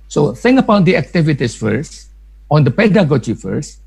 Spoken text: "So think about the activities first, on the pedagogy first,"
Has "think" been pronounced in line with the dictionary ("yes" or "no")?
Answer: no